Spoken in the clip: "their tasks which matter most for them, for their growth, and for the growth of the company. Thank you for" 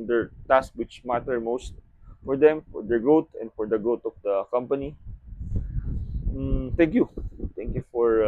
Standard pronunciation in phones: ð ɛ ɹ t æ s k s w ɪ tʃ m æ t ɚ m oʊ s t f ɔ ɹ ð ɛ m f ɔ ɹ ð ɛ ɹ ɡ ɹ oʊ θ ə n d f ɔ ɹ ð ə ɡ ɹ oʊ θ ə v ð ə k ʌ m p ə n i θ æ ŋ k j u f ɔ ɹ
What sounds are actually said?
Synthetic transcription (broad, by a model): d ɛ ɹ t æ s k w ɪ tʃ m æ t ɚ m oʊ s t f ɔ ɹ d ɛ m f ɔ ɹ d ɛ ɹ ɡ ɹ oʊ t ə n d f ɔ ɹ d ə ɡ ɹ oʊ t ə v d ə k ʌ m p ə n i t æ ŋ k j u f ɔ ɹ